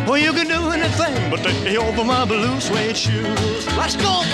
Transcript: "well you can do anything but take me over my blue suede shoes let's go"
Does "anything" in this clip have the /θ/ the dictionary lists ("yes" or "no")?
yes